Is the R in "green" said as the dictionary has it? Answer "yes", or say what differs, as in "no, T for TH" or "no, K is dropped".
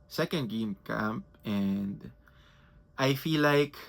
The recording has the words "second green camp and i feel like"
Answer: no, R is dropped